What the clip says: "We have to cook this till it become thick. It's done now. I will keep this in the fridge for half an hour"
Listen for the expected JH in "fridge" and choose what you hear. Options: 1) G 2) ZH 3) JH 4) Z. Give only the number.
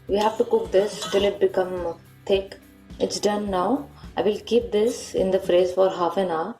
4